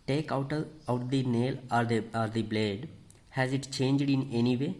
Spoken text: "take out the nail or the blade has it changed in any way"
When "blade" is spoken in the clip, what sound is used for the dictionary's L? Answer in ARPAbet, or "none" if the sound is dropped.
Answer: L